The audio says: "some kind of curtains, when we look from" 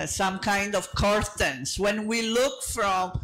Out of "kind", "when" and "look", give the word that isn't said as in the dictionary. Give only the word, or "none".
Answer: none